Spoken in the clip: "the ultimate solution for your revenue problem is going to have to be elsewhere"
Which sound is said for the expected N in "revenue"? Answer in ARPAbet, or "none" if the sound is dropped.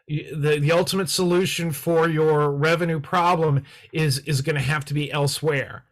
N